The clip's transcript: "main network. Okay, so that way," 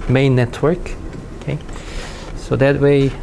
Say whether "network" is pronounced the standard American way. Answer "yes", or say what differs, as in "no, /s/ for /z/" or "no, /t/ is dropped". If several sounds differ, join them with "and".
yes